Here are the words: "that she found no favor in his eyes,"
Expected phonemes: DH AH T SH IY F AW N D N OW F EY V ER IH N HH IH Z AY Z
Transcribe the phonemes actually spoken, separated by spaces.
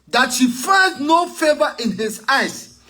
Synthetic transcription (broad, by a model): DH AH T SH IY F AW D N OW F EY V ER IH N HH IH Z AY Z